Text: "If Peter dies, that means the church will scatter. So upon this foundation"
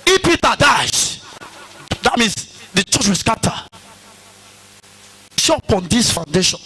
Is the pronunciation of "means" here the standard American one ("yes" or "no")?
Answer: no